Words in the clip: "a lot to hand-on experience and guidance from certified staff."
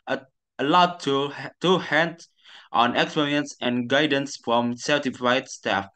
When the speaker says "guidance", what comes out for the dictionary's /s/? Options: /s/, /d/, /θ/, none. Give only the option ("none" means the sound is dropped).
/s/